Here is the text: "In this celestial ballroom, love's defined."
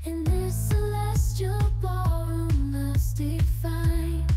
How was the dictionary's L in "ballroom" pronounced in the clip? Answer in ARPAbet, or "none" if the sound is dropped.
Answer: none